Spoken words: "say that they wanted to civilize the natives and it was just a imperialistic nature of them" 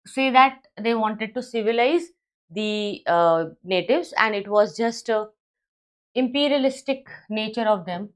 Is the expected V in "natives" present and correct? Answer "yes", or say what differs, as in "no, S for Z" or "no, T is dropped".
yes